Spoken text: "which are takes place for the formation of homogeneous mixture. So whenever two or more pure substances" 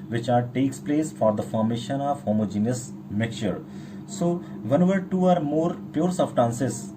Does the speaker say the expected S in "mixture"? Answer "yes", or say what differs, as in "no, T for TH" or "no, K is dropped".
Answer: no, S is dropped